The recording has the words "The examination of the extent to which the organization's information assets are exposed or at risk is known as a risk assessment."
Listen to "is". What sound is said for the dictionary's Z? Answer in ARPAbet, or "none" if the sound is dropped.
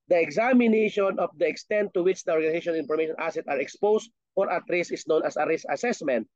S